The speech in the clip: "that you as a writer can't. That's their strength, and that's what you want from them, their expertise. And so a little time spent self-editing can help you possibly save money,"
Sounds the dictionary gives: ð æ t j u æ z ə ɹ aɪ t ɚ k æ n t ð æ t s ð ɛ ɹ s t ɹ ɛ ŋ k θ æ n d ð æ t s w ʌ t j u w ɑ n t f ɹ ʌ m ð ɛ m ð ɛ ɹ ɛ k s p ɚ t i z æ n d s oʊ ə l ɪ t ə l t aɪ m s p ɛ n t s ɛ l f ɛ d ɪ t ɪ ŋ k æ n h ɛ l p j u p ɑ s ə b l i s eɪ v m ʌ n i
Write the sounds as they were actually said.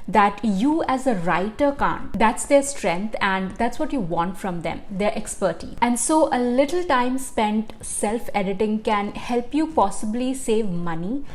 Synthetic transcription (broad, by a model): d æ t j u æ z ə ɹ aɪ t ɚ k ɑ n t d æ t s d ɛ ɹ s t ɹ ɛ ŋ k t æ n d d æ t s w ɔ t j u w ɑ n t f ɹ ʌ m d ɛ m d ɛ ɹ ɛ k s p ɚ t i æ n d s oʊ ə l ɪ t ə l t aɪ m s p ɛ n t s ɛ l f ɛ d ɪ t ɪ ŋ k æ n h ɛ l p j u p ɑ s ə b l i s eɪ v m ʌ n i